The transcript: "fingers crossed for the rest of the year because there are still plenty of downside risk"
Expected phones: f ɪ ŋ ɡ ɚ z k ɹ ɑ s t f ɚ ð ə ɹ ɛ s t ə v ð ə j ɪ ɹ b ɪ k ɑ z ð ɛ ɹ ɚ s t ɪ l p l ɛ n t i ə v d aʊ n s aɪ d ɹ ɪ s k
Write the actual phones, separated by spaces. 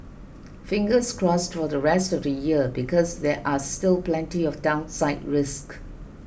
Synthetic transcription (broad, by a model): f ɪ ŋ ɡ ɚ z k ɹ ɑ s t f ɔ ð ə ɹ ɛ s t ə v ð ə j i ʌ b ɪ k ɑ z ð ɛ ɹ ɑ s t ɪ l p l ɛ n t i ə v d aʊ n s aɪ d ɹ ɪ s k